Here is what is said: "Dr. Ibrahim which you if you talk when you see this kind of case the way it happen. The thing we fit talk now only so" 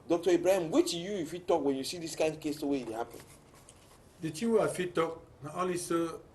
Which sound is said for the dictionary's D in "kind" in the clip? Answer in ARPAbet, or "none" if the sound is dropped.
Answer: none